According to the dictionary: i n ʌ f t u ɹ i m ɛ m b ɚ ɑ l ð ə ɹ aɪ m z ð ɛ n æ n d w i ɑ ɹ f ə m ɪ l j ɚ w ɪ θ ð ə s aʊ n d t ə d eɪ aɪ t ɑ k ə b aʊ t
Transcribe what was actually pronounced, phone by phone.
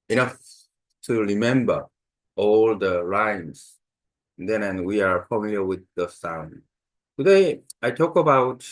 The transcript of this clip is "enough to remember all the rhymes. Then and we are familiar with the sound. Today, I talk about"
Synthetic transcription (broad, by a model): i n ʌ f t u ɹ i m ɛ m b ɚ ɑ l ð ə ɹ aɪ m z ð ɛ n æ n w i ɑ ɹ f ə m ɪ l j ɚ w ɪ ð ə s aʊ n d t ə d eɪ aɪ t ɑ k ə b aʊ t